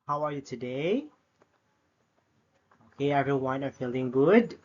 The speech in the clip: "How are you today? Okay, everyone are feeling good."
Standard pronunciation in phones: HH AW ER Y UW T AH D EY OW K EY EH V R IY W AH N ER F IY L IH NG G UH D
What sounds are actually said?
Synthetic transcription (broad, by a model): HH AW ER Y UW T AH D EY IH EY EH V R IY W AH N ER F IY L IH NG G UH D